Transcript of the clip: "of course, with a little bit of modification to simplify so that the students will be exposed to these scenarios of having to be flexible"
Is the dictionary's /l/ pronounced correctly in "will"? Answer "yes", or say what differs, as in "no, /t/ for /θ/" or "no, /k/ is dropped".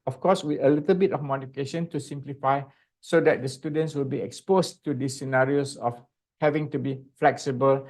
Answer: yes